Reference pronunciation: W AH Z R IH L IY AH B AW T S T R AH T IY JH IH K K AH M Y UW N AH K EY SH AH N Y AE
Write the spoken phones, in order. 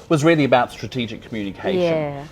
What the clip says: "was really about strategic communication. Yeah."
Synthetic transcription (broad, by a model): W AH Z R IH L IY AH B AW T S T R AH T IY JH IH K K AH M Y UW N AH K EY AH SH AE